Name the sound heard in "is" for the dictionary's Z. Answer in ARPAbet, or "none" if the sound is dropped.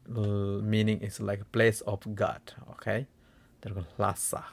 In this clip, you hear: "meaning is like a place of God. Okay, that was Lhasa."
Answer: S